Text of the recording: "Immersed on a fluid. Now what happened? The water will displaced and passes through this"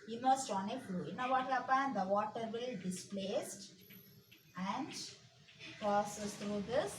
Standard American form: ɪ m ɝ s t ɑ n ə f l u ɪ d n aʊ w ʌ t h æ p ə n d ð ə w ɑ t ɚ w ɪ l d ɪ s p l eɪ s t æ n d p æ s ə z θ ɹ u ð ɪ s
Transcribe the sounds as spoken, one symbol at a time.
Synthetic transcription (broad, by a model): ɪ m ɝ s t ɑ n ə f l u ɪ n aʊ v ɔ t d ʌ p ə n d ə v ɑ t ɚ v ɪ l d ɪ s p l eɪ s t æ n d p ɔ s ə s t ɹ u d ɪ s